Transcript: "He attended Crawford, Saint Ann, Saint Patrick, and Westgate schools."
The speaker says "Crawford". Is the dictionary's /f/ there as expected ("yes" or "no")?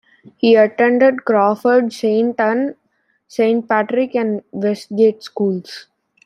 yes